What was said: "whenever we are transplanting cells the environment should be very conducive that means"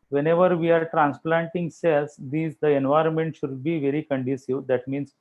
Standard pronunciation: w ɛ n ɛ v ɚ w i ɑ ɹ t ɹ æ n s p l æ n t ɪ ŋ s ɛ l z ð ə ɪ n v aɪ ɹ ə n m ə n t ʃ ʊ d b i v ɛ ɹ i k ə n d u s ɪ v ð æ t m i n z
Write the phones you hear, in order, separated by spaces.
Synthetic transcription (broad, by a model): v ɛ n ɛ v ɚ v i ɑ ɹ t ɹ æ n s p l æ n t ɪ ŋ s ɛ l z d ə ɪ n v aɪ ɹ ə n m ə n t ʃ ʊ d b i v ɛ ɹ i k ə n d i s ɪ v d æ t m i n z